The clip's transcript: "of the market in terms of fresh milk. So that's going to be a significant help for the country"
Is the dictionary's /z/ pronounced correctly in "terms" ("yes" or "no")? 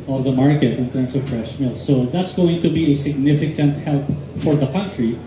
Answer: no